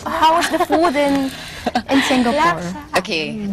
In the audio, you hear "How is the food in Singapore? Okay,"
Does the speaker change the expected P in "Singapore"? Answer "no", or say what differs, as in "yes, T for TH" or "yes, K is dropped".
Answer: yes, P is dropped